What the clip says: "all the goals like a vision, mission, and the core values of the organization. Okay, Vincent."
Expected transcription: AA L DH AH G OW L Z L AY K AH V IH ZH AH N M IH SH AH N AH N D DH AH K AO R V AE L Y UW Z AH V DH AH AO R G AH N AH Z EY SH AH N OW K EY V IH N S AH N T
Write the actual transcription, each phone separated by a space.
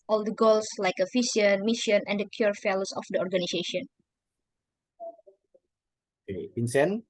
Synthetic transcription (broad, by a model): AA L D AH G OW L S L AY K AH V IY S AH N M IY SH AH N AH N D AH K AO R F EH L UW S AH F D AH AO R G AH N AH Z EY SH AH N OW K EY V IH N S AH N